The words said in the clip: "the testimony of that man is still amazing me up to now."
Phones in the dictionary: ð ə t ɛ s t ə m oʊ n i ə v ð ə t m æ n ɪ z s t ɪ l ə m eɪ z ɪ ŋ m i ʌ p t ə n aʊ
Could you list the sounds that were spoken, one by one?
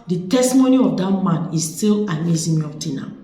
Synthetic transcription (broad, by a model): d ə t ɛ s t ə m oʊ n i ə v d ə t m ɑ n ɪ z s t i l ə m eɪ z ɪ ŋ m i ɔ f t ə n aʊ